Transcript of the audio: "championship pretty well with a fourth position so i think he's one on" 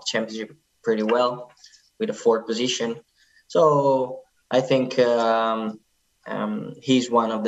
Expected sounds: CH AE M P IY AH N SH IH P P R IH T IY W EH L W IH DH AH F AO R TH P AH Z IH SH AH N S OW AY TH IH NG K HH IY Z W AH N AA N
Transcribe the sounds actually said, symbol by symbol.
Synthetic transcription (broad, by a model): CH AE M P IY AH N SH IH P P R IH T IY W EH L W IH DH AH F AO R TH P AH Z IH SH AH N S OW AY TH IH NG K HH IY Z W AH N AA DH